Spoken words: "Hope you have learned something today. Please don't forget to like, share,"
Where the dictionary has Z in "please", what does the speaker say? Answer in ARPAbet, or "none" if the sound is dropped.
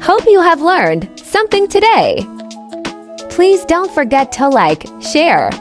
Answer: Z